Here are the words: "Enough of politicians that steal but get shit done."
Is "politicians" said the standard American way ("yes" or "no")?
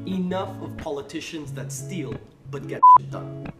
yes